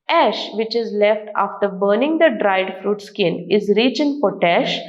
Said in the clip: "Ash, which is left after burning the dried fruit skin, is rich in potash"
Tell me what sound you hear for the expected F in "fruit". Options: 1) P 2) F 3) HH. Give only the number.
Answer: 2